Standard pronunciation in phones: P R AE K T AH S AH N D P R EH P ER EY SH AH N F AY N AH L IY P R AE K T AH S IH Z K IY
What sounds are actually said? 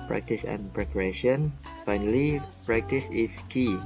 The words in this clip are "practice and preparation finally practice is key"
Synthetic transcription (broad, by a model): P R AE K T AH S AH N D P R EH P ER EY SH AH N F AY N AH L IY P R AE K T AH S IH S K IY